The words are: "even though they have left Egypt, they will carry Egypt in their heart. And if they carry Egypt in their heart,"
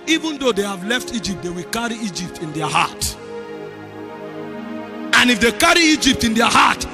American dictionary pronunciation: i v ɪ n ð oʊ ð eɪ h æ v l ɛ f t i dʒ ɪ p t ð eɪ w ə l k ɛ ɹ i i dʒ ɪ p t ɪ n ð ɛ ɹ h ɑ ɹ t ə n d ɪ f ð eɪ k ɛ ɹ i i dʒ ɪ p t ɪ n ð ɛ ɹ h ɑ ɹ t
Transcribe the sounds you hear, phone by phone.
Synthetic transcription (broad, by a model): i v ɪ n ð oʊ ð eɪ h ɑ v l ɛ f t i dʒ ɪ p t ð eɪ w ə l k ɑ ɹ i i dʒ ɪ p t ɪ n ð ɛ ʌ h ɑ t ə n ɪ f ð eɪ k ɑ ɹ i i dʒ ɪ p t ɪ n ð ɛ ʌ h ɑ t